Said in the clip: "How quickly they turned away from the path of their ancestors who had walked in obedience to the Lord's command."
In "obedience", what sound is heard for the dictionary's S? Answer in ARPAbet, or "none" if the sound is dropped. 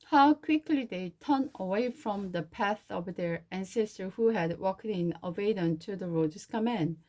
none